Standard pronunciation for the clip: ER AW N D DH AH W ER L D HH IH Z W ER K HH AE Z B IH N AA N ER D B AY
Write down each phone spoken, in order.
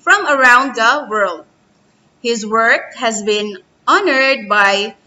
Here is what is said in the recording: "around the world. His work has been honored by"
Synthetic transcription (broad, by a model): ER AW N D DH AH W ER L D HH IH Z W ER K HH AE Z B IH N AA N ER D B AY